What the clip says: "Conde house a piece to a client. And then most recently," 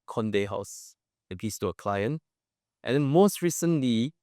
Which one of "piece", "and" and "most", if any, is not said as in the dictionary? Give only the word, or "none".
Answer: piece